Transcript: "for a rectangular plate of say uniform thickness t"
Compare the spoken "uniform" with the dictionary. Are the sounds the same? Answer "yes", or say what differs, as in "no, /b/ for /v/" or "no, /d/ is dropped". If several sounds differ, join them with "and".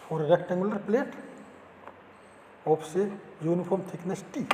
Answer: no, /p/ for /f/